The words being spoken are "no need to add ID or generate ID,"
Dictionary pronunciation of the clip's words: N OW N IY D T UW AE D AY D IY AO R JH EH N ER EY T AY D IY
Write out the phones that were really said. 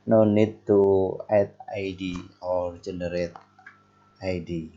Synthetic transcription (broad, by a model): N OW N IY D T UW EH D AY D IY AO R JH EH N ER EY T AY D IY